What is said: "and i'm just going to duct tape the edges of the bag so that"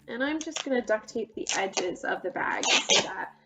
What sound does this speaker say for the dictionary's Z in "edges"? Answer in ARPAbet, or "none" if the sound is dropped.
Z